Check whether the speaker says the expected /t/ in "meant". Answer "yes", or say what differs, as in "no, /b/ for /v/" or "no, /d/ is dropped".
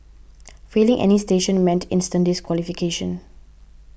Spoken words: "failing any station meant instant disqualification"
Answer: yes